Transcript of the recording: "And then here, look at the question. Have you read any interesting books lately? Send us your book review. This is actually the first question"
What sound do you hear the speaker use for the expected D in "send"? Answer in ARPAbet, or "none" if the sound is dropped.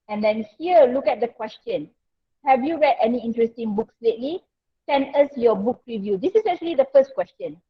none